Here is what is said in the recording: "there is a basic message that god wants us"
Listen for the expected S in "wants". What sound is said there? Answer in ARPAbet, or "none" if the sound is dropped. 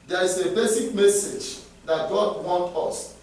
none